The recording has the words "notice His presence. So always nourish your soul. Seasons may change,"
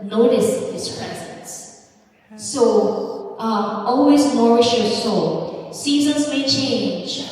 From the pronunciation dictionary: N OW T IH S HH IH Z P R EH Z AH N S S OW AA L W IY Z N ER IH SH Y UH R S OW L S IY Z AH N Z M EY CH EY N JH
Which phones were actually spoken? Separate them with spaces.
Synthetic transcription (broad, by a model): N OW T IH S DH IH S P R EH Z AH N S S OW AA L W IY Z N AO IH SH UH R S OW S IY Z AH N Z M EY CH EY N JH